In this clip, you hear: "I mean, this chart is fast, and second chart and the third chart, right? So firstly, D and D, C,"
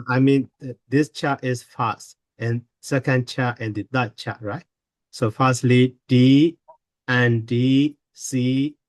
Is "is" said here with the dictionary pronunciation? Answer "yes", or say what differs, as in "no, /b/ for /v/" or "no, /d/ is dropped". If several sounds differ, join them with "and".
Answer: no, /s/ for /z/